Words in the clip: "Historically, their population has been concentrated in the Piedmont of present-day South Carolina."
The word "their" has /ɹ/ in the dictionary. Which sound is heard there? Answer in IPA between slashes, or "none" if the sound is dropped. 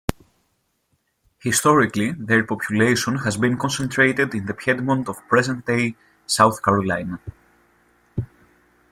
/ɹ/